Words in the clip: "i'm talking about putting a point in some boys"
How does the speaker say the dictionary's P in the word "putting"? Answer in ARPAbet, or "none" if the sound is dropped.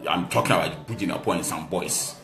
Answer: B